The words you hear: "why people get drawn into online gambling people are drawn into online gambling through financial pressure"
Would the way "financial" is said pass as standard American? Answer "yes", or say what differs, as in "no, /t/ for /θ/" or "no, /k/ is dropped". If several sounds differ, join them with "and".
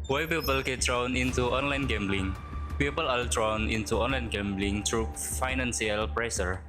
no, /s/ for /ʃ/